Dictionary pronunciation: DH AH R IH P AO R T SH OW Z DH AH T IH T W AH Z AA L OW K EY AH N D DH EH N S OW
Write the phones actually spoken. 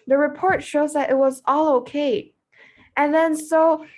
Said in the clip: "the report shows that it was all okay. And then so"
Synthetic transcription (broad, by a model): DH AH R IH P AO R T SH OW Z DH AH T IH T W AH Z AA L OW K EY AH N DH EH N S OW